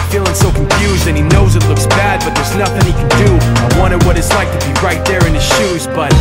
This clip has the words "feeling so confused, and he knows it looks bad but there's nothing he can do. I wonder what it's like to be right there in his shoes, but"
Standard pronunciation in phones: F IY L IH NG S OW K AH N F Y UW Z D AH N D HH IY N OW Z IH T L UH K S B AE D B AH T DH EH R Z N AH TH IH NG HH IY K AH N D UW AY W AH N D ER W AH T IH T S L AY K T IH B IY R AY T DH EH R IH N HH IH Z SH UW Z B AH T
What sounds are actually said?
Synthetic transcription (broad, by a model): F IY L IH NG S OW K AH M F Y UW Z D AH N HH IY N OW Z IH T L UH K S B AE D B AH T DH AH R Z N AH TH IH NG HH IY K AH N D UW AY W AH N D ER W AH T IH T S L AY K T IH B IY R AY T DH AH R IH N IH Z SH UW Z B AH T